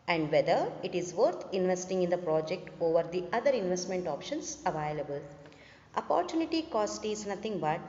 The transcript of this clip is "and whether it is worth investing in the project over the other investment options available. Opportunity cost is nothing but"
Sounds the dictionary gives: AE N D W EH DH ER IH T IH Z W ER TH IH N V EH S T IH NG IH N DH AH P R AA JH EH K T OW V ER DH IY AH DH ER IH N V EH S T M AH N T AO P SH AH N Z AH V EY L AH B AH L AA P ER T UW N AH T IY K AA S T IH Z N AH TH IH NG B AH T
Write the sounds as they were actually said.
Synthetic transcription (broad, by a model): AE N D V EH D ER IH T IH Z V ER T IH N V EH S T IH NG IH N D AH P R AA JH EH K T OW V ER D IY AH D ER IH N V EH S T M AH N T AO P SH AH N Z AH V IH L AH B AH L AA P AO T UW N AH T IY K AA S T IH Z N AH T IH NG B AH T